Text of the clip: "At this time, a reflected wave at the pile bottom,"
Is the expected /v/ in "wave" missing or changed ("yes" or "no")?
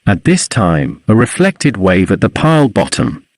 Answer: no